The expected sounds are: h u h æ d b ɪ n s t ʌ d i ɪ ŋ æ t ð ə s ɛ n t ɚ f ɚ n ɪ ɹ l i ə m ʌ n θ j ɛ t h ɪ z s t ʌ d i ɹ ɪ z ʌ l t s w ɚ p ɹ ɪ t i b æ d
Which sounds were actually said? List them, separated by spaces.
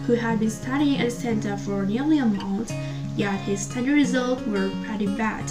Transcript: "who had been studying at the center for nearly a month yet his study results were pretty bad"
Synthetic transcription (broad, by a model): h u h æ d b ɪ n s t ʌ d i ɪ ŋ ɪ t s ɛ n t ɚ f ɚ n ɪ ɹ l i ə m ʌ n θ j ɛ t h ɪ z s t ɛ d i ɹ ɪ z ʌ l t w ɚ ɹ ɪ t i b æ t